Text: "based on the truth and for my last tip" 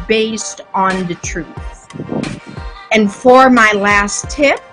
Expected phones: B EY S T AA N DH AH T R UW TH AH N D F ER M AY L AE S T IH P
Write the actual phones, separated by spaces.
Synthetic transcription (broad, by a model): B EY S T N DH AH T R UW TH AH N F ER M AY L AE S T IH P